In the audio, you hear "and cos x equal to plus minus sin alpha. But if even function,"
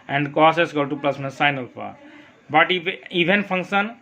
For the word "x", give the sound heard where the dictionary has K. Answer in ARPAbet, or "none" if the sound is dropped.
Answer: none